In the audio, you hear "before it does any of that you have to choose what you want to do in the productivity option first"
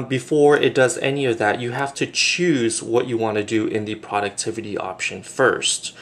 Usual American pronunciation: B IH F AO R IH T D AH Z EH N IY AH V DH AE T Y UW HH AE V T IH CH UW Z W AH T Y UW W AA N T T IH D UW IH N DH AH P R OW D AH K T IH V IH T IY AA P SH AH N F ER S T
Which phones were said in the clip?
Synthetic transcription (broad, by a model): B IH F AO R IH T D AH Z EH N IY AH V DH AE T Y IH HH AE F T IH CH UW Z W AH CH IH W AA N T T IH D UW IH N DH AH P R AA D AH K T IH V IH T IY AA P SH AH N F ER S T